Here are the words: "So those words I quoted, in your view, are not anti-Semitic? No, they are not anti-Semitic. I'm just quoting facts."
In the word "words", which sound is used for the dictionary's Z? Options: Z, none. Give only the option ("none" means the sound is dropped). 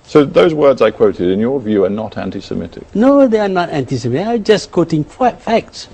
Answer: Z